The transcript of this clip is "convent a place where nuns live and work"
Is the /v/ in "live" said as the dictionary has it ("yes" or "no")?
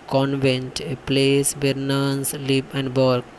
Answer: no